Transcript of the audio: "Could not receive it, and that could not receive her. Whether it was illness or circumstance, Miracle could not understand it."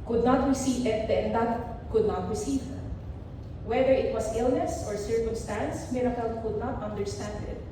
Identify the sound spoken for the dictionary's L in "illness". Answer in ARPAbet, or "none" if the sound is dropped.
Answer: L